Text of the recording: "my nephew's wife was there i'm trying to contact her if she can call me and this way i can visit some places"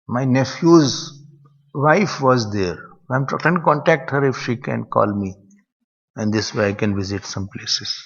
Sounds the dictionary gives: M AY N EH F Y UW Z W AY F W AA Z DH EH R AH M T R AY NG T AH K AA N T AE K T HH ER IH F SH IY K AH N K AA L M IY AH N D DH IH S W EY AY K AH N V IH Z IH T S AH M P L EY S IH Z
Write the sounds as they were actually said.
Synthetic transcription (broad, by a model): M AY N EH F Y UW Z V AY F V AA Z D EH R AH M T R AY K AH K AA N T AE K T HH ER IH F SH IY K AH N K AA L M IY AH N D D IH S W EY AY K AH N V IH Z IH T S AH M P L EY S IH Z